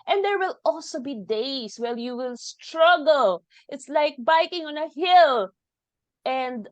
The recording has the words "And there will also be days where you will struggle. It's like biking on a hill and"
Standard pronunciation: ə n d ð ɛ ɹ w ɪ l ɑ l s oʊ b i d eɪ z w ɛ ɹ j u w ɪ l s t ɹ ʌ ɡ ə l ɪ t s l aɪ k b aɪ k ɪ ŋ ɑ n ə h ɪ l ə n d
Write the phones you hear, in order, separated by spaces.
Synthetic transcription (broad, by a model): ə n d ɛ ɹ w ɪ l ɑ l s oʊ b i d eɪ s w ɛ l j u w ɪ l s t ɹ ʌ ɡ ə l ɪ t s l aɪ k b aɪ k ɪ ŋ ɑ n ə h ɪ l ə n d